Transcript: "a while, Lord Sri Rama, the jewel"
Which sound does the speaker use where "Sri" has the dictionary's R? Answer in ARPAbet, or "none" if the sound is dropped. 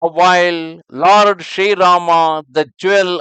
none